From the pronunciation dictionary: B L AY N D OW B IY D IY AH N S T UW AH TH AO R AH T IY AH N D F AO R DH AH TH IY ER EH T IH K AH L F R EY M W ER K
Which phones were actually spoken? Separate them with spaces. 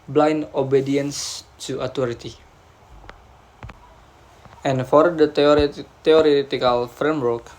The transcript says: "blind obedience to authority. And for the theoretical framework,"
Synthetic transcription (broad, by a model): B L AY N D OW B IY D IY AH N S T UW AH T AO R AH T IY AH N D F AO R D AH T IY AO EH T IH K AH L F R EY M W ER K